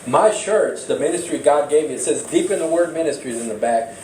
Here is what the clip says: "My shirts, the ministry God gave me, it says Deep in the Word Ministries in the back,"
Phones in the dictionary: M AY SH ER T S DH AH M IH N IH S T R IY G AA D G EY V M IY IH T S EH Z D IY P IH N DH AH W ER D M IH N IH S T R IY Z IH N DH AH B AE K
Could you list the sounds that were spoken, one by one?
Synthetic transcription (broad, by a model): M AY SH ER T S DH AH M IH N IH S T R IY G AA D G EY V M IY IH T S EH Z D IY P IH N DH AH W ER D M IH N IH S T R IY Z IH N DH AH B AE K